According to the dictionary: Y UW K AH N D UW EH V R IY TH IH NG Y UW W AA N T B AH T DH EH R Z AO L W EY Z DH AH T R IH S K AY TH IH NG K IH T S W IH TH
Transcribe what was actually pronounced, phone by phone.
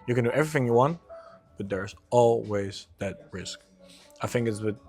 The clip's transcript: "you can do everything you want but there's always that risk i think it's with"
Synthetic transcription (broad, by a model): Y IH K AH N D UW EH V R IY TH IH NG Y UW W AA N T B AH T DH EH R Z AO L W EY Z DH AH T R IH S K AY TH IH NG K IH T S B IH